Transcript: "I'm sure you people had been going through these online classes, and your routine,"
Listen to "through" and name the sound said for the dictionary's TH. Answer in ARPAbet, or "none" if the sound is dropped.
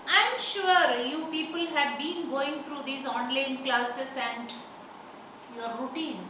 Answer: T